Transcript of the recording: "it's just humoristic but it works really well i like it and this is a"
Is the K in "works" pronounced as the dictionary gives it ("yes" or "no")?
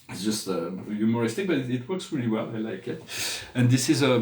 yes